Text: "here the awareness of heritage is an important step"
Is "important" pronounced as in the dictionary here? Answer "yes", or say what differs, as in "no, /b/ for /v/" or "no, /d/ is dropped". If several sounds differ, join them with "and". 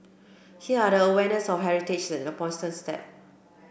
no, /m/ is dropped